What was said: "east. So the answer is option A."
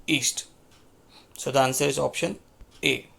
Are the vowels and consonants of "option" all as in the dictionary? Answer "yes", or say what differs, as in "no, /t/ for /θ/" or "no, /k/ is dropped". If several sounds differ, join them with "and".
yes